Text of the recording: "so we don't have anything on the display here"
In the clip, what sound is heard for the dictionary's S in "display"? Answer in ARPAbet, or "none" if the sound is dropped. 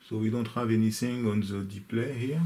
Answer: none